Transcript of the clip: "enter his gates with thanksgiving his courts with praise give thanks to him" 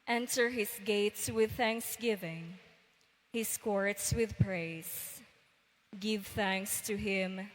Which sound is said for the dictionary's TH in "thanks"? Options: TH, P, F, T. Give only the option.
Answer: TH